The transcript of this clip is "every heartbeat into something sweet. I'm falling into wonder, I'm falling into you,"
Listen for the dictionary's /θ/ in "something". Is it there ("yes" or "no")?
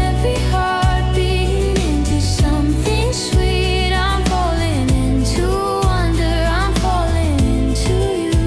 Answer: yes